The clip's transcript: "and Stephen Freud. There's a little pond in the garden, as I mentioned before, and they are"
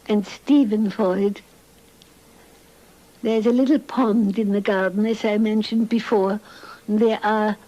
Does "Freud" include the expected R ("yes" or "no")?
no